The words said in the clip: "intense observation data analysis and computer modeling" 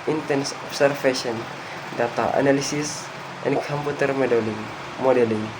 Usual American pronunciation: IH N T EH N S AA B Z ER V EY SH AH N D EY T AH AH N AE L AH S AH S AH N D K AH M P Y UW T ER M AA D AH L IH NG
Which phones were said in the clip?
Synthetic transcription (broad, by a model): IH N T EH N S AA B S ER F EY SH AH N D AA T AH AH N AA L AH S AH S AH N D K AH M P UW T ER M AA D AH L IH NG